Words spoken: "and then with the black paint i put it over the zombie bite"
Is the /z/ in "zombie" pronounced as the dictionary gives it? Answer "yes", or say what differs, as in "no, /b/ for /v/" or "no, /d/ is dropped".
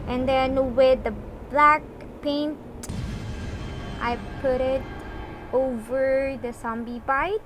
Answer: no, /s/ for /z/